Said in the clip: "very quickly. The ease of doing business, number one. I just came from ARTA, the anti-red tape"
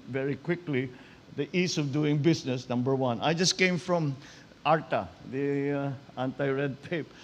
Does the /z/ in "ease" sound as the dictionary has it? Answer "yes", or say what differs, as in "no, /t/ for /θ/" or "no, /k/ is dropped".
no, /s/ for /z/